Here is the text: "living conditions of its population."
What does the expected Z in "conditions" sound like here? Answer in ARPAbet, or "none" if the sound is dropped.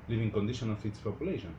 none